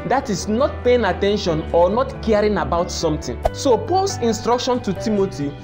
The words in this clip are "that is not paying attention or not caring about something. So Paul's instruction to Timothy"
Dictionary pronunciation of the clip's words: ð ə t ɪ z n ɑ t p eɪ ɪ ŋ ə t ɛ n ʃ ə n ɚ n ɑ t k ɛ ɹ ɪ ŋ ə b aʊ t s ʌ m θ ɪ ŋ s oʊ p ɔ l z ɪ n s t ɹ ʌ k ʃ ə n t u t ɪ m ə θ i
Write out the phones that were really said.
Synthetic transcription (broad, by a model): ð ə t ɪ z n ɑ t p eɪ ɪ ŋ ə t ɛ n ʃ ə n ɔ n ɑ t k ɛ ɹ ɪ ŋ ə b aʊ t s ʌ m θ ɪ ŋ s oʊ p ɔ l s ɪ n s t ɹ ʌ k ʃ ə n t u t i m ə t i